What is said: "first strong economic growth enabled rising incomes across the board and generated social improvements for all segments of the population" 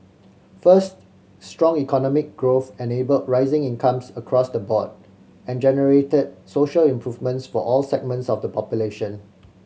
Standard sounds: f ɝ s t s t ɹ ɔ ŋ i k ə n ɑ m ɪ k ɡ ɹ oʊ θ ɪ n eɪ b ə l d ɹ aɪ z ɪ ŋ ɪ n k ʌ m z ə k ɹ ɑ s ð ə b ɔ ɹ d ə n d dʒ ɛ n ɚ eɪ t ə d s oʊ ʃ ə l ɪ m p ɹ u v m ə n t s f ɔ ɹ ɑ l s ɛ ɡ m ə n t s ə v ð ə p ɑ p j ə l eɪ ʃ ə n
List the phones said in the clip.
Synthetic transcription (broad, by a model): f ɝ s t s t ɹ ɔ ŋ i k ə n ɑ m ɪ k ɡ ɹ oʊ θ ɪ n eɪ b ə l d ɹ aɪ z ɪ ŋ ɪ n k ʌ m s ə k ɹ ɑ s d ə b ɔ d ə n dʒ ɛ n ɚ eɪ t ə d s oʊ ʃ ə l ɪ m p ɹ u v m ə n t s f ɔ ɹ ɑ l s ɛ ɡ m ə n t s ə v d ə p ɑ p j ə l eɪ ʃ ə n